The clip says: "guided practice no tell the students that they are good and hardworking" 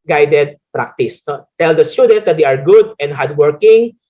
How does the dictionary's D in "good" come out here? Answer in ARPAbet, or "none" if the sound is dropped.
D